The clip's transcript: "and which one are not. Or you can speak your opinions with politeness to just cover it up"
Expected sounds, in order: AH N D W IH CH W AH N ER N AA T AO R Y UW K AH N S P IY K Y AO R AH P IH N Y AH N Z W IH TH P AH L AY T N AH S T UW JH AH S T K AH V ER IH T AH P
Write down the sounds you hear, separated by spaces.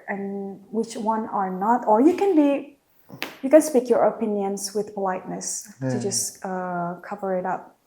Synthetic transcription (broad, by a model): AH N W IH CH W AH N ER N AA T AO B Y UW K AH N S P IY K Y AO R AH P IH N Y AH N S W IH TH P AH L AY T N AH S T UW JH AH S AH K AH V ER IH T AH P